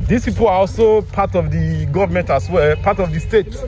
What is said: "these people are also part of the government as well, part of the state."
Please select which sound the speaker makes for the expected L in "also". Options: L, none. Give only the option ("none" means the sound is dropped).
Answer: L